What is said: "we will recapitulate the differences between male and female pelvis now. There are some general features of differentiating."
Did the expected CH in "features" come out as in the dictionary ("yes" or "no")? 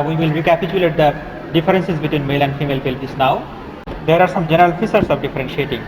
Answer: no